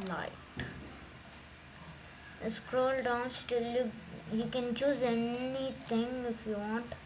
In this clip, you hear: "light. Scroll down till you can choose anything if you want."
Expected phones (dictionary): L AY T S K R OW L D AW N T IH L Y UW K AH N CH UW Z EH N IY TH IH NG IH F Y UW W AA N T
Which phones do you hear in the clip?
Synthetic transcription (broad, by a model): L AY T S K R OW L D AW N T IH L Y UW K AH N CH UW Z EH N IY T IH NG IH F Y UW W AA N T